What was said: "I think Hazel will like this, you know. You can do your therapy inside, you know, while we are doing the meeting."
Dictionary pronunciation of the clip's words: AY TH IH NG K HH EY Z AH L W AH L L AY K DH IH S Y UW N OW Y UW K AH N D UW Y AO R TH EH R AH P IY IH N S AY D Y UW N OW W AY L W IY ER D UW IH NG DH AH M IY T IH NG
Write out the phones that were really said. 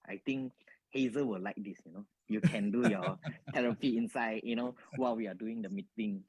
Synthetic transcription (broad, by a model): AY T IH NG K HH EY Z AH W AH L L AY K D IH S Y UW N OW Y UW K AH N D UW Y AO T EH R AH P IY IH N S AY D Y UW N OW W AY L W IY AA D UW IH NG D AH M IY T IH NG